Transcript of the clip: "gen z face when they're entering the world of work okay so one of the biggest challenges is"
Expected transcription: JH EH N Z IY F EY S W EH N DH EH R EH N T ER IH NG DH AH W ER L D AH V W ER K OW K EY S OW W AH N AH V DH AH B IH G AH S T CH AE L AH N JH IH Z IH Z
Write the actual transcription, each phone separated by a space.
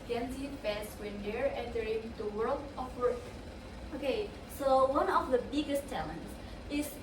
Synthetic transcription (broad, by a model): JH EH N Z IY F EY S W EH N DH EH R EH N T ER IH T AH W ER L D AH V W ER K OW K EY S OW W AH N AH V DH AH B IH G AH S T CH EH L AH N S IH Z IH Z